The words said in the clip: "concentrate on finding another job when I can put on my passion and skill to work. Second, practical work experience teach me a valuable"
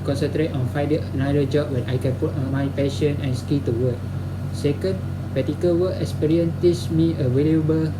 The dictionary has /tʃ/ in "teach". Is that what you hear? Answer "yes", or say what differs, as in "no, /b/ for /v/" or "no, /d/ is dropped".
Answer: no, /s/ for /tʃ/